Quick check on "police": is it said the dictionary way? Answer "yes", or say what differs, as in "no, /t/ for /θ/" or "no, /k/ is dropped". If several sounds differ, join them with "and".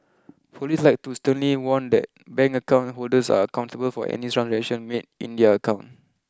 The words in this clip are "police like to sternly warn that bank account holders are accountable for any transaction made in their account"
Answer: no, /f/ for /p/